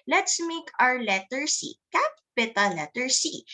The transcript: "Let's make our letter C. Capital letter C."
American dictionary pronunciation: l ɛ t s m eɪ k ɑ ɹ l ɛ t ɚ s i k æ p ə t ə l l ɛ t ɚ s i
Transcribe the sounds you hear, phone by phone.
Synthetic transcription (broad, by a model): l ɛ t s m eɪ k ɑ ɹ l ɛ t ɚ s i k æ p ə t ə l l ɛ t ɚ s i